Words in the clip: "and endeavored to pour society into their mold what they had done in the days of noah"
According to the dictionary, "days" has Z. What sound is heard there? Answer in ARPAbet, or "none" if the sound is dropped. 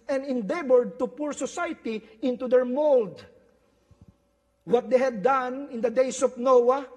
S